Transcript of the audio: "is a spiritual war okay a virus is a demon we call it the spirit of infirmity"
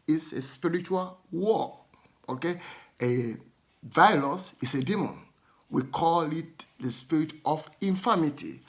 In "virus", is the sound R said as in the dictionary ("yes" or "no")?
no